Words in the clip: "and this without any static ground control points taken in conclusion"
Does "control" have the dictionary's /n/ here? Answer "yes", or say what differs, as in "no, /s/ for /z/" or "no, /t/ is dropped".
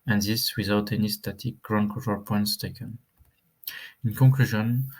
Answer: no, /n/ is dropped